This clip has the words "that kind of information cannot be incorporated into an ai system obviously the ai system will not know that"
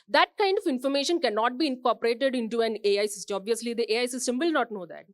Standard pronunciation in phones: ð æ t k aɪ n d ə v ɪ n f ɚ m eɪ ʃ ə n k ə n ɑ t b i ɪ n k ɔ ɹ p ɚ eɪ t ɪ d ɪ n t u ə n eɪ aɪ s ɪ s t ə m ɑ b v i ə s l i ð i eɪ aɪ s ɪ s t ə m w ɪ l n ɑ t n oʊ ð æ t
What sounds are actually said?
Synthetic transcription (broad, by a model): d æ t k aɪ n d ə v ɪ n f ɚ m eɪ ʃ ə n k ə n ɑ t b i ɪ n k ɔ ɹ p ɚ eɪ t ɪ d ɪ n t u ə n eɪ aɪ s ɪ s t ɑ b v i ə s l i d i eɪ aɪ s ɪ s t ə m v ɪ l n ɑ t n oʊ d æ t